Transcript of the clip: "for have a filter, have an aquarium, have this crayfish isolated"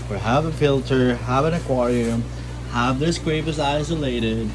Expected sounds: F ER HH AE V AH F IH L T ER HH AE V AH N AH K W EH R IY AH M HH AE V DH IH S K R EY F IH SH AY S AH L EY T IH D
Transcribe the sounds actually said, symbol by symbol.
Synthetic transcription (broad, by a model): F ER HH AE V AH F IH L T ER HH AE V AH N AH K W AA R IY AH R HH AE V DH IH S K R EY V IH S AY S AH L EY T IH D